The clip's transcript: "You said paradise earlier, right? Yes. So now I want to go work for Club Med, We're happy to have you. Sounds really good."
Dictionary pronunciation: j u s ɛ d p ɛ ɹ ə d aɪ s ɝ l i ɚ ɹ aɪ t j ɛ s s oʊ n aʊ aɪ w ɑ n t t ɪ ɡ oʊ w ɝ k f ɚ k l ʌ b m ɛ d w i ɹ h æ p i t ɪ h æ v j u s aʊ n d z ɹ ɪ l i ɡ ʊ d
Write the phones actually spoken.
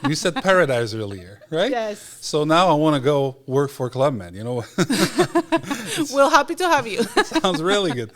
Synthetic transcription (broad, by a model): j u s ɛ d p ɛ ɹ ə d aɪ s ɝ l i ɚ ɹ aɪ t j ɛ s s oʊ n aʊ aɪ w ɑ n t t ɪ ɡ oʊ w ɝ k f ɚ k l ʌ b m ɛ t w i l h æ p i t ɪ h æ v j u s aʊ n d z ɹ ɪ l i ɡ ʊ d